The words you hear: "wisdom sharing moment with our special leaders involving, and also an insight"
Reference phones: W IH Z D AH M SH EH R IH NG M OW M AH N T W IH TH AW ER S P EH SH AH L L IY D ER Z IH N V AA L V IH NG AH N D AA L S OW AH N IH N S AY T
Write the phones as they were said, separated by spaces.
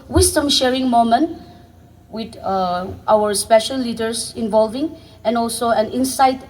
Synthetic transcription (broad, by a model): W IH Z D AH M SH EH R IH NG M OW M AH N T W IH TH AW ER S P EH SH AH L L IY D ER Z IH N V AA L V IH NG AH N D AA L S OW AH N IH N S AY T